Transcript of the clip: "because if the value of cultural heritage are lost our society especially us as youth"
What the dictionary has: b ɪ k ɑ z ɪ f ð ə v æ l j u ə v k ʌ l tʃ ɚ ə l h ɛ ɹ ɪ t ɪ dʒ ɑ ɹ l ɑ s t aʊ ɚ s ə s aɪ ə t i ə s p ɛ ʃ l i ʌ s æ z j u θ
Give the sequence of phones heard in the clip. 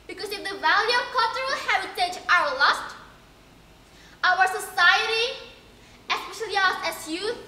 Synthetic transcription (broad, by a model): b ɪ k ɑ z ɪ f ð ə v æ l j u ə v k ʌ l tʃ ɚ ə l h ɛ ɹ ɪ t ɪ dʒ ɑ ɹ l ɑ s t aʊ ɚ s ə s aɪ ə t i ə s p ɛ ʃ l i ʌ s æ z j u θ